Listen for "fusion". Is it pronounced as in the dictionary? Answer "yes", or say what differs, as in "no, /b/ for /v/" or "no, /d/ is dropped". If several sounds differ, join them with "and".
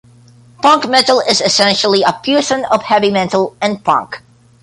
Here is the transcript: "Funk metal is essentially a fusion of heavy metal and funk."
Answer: no, /p/ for /f/ and /s/ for /ʒ/